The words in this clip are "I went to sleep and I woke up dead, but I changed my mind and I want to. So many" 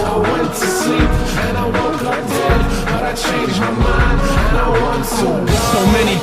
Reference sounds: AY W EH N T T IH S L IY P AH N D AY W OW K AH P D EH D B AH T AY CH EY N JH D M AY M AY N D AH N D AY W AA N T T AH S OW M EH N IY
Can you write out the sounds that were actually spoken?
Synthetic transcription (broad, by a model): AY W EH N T T IH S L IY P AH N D AY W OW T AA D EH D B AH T AY CH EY N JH M AY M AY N AH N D AY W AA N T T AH S OW M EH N IY